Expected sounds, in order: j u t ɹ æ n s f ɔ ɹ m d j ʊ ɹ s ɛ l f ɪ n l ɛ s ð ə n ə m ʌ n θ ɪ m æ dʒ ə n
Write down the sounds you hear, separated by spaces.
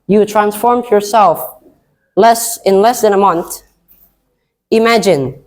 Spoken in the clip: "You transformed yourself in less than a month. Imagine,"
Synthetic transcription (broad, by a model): j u t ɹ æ n s f ɔ ɹ m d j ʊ ɹ s ɛ l f ɪ n l ɛ s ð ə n ə m ʌ n θ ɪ m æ dʒ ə n